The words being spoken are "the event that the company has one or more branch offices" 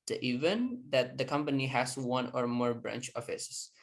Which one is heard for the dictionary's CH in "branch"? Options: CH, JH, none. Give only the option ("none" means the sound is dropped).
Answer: CH